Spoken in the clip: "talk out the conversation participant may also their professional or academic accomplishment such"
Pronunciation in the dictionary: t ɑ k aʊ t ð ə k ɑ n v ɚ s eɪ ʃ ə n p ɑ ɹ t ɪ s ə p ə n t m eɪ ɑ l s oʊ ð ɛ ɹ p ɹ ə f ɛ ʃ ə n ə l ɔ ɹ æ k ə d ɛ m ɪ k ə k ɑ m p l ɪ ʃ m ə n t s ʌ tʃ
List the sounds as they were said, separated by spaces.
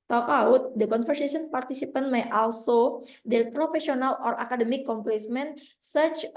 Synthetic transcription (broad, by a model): t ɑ k aʊ t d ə k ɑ n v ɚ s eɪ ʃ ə n p ɑ ɹ t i s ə p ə n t m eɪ ɑ l s oʊ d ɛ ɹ p ɹ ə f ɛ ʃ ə n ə l ɔ ɹ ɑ k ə d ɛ m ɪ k k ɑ m p l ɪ s m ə n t s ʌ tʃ